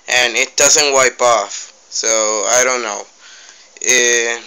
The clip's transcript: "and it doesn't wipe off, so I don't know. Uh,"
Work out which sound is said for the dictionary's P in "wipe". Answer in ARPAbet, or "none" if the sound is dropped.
P